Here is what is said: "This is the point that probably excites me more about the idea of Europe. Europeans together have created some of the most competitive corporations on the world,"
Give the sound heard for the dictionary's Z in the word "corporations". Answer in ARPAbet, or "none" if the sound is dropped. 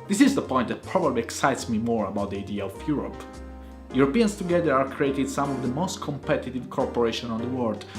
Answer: none